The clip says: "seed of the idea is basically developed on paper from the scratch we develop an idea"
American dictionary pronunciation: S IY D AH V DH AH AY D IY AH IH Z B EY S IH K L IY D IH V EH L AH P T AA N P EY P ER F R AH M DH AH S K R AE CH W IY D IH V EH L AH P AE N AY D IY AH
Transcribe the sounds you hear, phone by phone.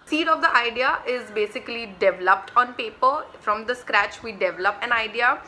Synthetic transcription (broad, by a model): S IY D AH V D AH AY D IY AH IH Z B EY S IH K L IY D IH V EH L AH P T AA N P EY P ER F R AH M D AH S K R AE CH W IY D IH V EH L AH P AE N AY D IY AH